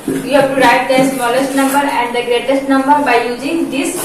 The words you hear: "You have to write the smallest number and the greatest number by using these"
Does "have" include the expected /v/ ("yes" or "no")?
no